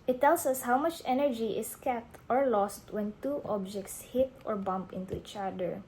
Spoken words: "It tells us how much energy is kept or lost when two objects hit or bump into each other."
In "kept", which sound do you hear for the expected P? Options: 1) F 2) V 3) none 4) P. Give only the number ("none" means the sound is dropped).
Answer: 3